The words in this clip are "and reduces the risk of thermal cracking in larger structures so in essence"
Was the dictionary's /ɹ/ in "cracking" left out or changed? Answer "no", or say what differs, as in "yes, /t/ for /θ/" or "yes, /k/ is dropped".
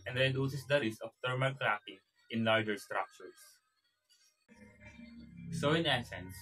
yes, /l/ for /ɹ/